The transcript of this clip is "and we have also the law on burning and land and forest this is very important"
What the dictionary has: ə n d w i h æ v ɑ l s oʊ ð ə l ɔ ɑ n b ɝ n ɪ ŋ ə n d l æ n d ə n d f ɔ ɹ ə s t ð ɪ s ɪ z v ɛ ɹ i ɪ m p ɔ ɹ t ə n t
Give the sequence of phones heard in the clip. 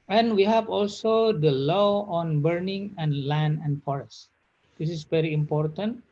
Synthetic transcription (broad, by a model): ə n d w i h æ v ɑ l s oʊ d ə l ɔ ɑ n b ɝ n ɪ ŋ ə n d l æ n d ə n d f ɔ ɹ ə s t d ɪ s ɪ s v ɛ ɹ i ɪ m p ɔ ɹ t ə n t